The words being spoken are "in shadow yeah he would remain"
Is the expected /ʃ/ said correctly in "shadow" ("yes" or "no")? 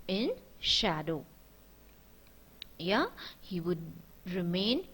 yes